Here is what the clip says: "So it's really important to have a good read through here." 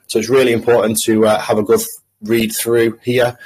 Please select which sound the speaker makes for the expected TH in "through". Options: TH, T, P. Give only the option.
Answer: TH